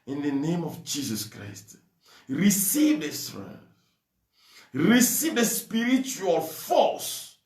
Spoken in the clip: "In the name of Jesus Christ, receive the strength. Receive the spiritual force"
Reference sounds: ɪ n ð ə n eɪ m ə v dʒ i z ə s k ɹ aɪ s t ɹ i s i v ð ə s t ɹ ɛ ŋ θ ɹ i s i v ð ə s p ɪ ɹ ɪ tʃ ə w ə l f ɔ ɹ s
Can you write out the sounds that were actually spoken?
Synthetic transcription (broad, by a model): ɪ n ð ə n eɪ m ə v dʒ i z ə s k ɹ aɪ s t ɹ i s i v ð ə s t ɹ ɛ θ ɹ i s i v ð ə s p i ɹ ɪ tʃ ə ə l f ɔ s